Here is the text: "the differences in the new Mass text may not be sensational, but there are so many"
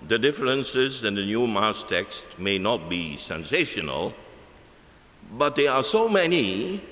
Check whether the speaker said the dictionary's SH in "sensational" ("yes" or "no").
yes